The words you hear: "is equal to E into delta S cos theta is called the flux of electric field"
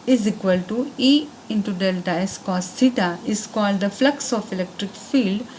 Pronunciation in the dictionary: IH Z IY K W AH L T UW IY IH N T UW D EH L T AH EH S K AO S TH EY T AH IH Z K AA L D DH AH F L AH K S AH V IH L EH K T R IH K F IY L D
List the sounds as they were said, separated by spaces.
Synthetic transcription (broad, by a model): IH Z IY K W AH L T UW IY IH N T UW D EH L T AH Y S K AO S T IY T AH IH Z K AA L D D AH F L AH K S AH F IH L EH K T R IH K F IY L D